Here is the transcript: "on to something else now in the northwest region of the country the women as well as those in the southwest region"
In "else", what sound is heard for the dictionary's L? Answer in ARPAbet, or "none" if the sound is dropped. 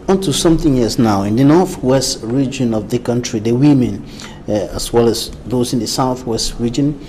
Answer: none